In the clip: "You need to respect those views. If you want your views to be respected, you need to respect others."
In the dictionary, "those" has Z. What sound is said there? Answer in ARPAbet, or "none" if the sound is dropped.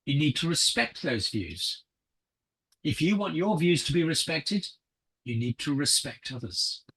Z